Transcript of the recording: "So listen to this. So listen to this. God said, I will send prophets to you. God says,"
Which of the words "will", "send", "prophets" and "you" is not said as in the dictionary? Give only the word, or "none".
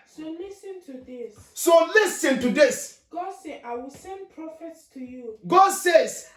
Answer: none